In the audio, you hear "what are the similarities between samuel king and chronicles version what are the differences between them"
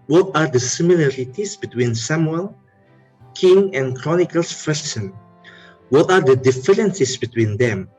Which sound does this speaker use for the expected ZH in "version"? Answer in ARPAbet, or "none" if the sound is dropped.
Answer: S